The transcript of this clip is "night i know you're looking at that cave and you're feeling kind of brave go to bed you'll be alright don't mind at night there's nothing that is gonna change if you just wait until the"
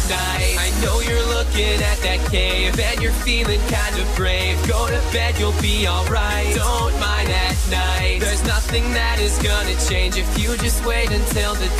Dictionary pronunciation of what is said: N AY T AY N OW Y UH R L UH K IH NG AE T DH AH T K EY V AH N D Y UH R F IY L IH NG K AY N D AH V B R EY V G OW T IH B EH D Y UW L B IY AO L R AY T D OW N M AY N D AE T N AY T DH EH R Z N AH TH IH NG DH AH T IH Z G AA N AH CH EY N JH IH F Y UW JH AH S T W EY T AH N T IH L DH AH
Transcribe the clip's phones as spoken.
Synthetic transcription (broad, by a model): N AY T AY N OW Y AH R L UH K IH NG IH T DH AH T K EY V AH N Y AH R F IY L IH NG K AY N D AH V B R EY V G OW T IH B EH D Y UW L B IY AO L R AY T D OW N M AY N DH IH T N AY T DH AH R Z N AH TH IH NG DH AH T IH Z G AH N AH CH EY N JH IH F Y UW JH AH S T W EY T AH N T IH L DH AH